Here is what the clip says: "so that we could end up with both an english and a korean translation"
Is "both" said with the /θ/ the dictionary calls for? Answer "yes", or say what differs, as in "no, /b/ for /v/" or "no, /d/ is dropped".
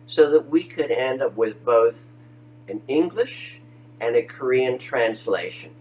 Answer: yes